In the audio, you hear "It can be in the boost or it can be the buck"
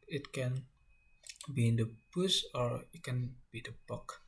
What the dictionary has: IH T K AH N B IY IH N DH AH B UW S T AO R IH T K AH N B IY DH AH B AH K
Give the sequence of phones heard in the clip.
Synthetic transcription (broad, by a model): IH T K AH N B IY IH N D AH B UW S AO R IH T K AH N B IY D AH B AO K